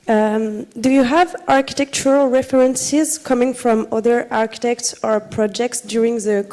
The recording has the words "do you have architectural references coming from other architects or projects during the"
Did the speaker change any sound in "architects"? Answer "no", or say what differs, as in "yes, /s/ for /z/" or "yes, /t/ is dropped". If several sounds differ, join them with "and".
no